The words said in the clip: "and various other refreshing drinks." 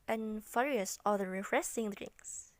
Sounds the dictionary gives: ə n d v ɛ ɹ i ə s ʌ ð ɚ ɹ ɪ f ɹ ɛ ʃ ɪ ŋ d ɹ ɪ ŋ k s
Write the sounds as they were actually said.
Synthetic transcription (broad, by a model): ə n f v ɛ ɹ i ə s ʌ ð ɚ ɹ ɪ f ɹ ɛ s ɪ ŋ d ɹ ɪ ŋ k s